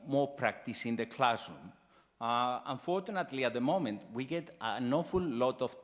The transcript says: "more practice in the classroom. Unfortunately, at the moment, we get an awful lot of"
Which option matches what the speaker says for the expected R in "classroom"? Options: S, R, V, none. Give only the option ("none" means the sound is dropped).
none